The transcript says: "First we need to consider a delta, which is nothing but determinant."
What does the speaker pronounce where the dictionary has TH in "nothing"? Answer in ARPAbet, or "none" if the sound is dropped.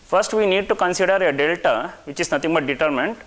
T